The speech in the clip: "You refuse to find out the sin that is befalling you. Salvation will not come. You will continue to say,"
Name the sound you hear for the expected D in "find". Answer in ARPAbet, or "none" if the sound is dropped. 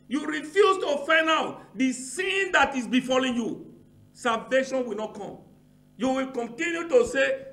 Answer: none